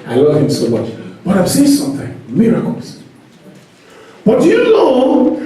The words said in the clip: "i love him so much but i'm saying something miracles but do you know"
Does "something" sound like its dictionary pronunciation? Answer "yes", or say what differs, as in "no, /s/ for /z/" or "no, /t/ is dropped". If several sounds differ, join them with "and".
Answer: yes